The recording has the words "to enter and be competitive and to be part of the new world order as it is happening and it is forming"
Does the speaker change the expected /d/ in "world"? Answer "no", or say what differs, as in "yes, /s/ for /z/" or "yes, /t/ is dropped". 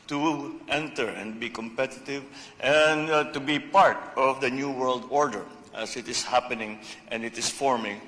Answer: no